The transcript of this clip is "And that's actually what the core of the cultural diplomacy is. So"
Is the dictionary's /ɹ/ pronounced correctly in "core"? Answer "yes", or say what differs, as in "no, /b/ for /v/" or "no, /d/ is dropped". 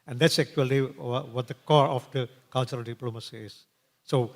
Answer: yes